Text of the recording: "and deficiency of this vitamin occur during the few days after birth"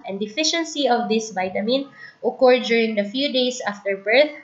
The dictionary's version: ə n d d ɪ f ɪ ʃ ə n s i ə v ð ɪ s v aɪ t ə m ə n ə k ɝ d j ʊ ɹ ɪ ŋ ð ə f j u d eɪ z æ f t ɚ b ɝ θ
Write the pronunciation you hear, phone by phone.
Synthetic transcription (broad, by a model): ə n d d ɪ f ɪ ʃ ə n s i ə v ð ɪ s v aɪ t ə m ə n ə k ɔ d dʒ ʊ ɹ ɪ ŋ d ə f j u d eɪ s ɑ f t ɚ b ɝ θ